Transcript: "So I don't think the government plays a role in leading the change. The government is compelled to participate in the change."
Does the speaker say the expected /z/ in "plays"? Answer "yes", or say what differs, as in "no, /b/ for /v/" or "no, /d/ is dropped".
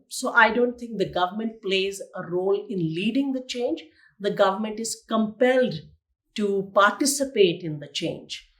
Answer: yes